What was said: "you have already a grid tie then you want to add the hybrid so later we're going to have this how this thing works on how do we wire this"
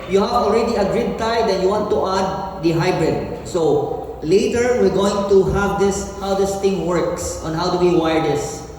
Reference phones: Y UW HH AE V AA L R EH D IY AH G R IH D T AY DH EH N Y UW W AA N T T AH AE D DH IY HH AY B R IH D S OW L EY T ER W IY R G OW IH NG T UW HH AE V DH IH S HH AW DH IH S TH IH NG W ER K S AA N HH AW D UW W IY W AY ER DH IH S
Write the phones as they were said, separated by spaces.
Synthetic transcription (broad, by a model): Y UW HH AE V AA L R EH D IY AH G R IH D T AY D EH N Y UW W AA N T T AH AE D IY HH AY B R IH D S OW L EY T ER W IY R G OW IH NG T UW HH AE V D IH S HH AW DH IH S T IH NG W ER K S AA N HH AW D UW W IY W AY ER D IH S